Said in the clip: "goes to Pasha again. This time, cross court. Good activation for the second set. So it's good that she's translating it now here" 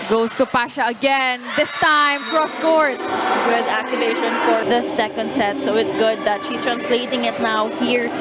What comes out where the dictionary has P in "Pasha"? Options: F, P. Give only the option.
P